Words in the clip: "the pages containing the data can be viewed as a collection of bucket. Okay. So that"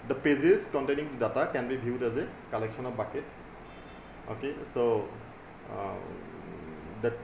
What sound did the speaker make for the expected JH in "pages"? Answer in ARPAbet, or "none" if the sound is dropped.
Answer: Z